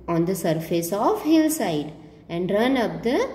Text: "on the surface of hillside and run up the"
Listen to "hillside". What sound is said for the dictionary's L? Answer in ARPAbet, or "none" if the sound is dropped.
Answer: L